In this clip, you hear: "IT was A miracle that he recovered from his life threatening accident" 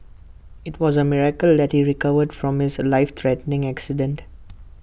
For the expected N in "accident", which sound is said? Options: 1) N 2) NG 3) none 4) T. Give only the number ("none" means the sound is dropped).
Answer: 1